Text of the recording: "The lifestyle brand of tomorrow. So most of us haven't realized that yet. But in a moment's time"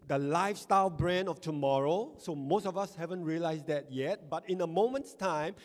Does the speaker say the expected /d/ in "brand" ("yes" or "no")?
no